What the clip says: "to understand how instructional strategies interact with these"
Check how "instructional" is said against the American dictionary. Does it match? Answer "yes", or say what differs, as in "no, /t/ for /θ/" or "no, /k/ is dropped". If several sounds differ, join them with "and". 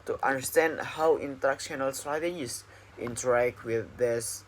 no, /s/ is dropped